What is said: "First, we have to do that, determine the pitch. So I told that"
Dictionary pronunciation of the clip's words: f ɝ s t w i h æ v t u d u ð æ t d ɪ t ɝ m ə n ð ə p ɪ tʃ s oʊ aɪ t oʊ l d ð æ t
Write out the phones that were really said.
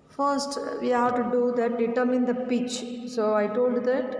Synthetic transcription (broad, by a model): f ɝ s t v i h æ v t u d u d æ t d ɪ t ɝ m ə n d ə p ɪ tʃ s oʊ aɪ t oʊ l d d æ t